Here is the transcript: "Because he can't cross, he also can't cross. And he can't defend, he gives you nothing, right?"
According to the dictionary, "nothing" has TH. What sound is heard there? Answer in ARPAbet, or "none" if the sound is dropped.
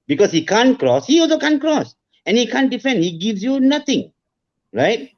T